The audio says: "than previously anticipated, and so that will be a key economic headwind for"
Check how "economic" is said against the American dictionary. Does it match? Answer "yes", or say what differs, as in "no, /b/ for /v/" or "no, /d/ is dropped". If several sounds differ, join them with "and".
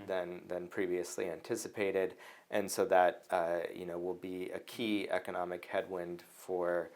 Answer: yes